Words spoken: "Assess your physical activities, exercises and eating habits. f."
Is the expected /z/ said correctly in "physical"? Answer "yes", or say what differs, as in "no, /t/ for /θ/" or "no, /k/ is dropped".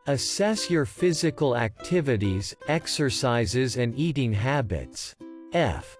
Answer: yes